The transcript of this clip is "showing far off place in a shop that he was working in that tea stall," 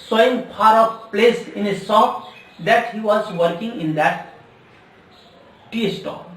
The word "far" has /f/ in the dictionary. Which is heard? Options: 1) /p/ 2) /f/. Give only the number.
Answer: 1